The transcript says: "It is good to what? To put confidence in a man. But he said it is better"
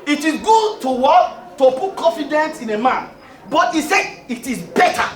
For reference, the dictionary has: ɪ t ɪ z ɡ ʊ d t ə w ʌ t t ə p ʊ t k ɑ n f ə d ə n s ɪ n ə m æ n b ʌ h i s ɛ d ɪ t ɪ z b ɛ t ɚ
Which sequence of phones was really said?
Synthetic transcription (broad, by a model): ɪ t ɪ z ɡ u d t ə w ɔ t t ə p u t k ɑ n f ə d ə n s ɪ n ə m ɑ n b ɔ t i s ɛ ɪ t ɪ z b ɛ t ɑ